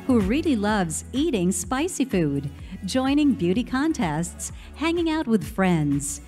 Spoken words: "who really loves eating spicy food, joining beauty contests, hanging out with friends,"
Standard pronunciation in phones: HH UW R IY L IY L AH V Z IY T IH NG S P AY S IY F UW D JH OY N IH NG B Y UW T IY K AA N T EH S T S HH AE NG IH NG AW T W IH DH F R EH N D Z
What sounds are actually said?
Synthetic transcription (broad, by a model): HH UW R IY L IY L AH V Z IY T IH NG S P AY S IY F UW D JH OY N IH NG B Y UW T IY K AA N T EH S T S HH AE NG IH NG AW T W IH DH F R EH N D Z